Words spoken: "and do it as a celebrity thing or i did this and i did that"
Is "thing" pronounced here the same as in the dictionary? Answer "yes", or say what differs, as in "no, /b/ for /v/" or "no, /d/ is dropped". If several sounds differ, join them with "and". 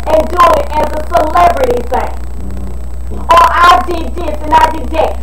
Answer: no, /s/ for /θ/